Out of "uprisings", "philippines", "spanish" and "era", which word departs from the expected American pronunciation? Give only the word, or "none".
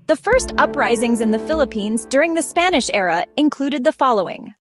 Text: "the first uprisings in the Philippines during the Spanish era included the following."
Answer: none